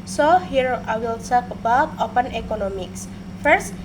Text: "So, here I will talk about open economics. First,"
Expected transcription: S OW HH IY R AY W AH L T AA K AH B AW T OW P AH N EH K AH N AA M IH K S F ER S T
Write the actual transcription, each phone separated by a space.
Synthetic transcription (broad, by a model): S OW HH IY R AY W AH L S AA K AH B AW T OW P AH N EH K AH N AA M IH K S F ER S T